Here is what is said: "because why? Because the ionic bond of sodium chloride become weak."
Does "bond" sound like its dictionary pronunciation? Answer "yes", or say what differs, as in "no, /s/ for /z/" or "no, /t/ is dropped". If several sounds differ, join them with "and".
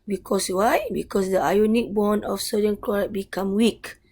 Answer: no, /d/ is dropped